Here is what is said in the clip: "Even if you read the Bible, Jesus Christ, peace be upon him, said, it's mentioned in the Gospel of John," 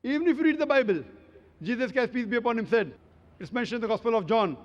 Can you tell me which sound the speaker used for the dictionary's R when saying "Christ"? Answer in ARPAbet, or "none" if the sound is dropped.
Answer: none